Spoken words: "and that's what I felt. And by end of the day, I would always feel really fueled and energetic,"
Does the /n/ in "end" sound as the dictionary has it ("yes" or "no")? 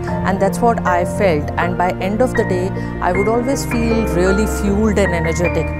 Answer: yes